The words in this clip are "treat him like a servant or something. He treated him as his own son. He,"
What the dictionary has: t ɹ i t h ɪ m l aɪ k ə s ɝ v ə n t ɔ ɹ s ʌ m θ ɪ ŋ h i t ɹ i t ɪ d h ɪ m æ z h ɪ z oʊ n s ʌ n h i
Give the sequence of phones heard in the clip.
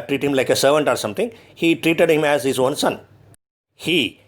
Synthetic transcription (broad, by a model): t ɹ i t h ɪ m l aɪ k ə s ɝ v ə n t ɔ ɹ s ʌ m t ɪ ŋ h i t ɹ i t ɪ d h ɪ m æ z h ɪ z oʊ n s ʌ n h i